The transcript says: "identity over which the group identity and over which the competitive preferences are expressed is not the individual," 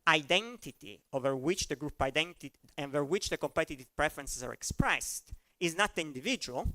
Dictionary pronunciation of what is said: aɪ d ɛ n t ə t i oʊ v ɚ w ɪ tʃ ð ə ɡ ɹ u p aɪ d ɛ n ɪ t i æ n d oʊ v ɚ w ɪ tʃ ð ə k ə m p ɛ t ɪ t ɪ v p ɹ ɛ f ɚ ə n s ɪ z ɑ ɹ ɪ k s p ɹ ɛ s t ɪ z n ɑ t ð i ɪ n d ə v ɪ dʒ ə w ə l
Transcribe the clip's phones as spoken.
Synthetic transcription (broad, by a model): aɪ d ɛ n t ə t i oʊ v ɚ w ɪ tʃ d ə ɡ ɹ u p aɪ d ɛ n t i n oʊ v ɚ w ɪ tʃ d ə k ə m p ɛ t ɪ t ɪ v p ɹ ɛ f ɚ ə n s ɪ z ɑ ɹ ɪ k s p ɹ ɛ s t ɪ z n ɑ t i n d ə v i dʒ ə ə l